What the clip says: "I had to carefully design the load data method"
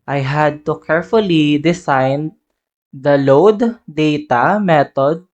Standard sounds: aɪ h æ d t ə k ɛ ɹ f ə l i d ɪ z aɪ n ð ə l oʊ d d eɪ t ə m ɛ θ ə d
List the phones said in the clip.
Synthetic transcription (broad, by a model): aɪ h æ d t ə k ɛ ɹ f ə l i d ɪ s aɪ n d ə l oʊ d d eɪ t ə m ɛ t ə d